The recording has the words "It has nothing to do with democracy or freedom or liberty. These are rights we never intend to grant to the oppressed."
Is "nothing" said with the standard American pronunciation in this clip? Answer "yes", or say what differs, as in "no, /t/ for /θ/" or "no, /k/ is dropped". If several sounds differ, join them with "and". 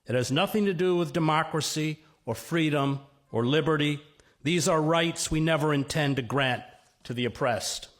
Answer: yes